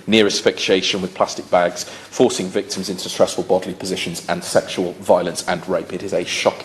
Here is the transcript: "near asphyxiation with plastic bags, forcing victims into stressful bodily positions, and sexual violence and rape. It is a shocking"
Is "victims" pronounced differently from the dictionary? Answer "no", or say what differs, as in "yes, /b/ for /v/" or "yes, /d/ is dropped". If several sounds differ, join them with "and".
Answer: no